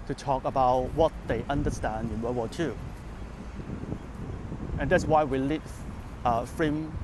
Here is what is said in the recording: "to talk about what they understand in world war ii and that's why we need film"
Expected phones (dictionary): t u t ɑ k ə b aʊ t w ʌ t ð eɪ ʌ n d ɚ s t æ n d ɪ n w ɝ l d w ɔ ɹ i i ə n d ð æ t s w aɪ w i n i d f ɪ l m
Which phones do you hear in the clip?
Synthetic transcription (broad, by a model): t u t ɑ k ə b aʊ t w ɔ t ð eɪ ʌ n d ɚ s t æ n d ɪ n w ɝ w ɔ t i ə n d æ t s w aɪ w i l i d f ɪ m